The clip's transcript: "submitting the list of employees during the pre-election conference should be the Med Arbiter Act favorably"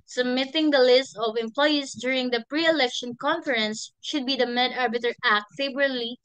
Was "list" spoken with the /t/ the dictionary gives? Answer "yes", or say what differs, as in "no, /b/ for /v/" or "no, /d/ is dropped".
yes